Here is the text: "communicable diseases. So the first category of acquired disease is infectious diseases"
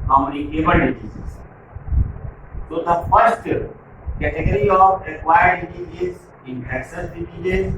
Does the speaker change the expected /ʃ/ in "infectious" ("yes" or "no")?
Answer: yes